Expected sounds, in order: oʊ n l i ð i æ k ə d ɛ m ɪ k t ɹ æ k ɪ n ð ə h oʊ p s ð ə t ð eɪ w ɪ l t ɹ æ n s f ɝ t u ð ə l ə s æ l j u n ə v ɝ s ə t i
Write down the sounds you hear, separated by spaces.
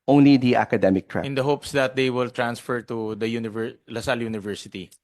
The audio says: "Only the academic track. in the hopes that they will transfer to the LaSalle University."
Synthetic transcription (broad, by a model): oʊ n l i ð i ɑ k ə d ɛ m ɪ k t ɹ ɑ ɪ n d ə h oʊ p s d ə t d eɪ w ɪ l t ɹ æ n s f ɝ t u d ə l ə s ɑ l j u n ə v ɝ s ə t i